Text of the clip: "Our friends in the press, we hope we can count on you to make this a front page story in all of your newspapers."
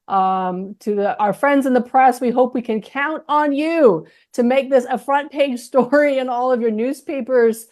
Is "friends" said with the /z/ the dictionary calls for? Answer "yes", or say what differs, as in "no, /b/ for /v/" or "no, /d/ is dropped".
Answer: yes